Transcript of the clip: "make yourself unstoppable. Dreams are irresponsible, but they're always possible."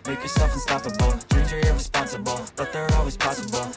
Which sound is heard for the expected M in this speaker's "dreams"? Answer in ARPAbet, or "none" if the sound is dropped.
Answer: none